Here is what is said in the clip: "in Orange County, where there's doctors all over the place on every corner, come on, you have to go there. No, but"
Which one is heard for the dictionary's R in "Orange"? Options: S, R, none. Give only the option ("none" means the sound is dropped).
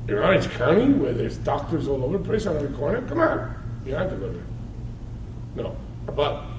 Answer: none